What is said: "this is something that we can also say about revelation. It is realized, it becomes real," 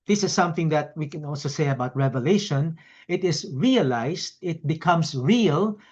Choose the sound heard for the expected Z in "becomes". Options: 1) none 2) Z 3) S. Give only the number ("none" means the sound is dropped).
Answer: 3